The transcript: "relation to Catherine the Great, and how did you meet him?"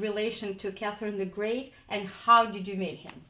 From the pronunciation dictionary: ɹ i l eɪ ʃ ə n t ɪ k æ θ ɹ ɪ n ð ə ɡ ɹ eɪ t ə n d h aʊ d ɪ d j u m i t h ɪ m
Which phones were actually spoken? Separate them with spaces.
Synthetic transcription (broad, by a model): ɹ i l eɪ ʃ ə n t ɪ k æ θ ɹ ɪ n ð ə ɡ ɹ eɪ t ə n h aʊ d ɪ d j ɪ m i t h ɪ m